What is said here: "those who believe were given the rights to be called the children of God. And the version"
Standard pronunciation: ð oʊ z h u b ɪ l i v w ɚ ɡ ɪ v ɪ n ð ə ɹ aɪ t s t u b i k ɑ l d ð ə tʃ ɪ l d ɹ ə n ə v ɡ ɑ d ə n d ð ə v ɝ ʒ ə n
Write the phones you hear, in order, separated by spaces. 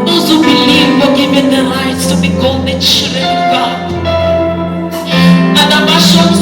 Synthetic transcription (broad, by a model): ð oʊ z h u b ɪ l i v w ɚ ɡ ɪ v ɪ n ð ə l aɪ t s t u b i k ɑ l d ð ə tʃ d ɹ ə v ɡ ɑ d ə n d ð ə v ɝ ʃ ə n